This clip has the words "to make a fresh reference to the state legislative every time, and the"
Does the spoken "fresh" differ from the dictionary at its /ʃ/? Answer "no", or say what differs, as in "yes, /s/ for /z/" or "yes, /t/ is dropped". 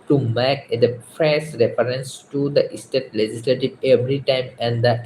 yes, /s/ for /ʃ/